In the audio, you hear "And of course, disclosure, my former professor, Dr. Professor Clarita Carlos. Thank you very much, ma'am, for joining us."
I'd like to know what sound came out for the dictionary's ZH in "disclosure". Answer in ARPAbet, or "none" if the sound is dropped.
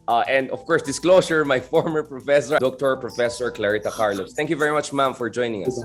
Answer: S